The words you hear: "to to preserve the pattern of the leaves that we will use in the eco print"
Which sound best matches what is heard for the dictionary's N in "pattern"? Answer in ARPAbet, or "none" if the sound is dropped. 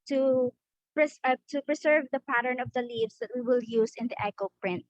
N